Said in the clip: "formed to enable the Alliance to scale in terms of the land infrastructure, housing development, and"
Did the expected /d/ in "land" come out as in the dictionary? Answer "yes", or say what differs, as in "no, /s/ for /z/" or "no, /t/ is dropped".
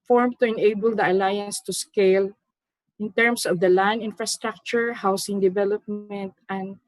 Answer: no, /d/ is dropped